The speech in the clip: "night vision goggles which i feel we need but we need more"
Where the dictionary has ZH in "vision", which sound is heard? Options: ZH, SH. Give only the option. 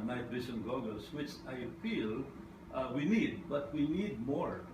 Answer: SH